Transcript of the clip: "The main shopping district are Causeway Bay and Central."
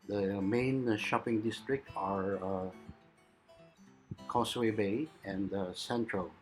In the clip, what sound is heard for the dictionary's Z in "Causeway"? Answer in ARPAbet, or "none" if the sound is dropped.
S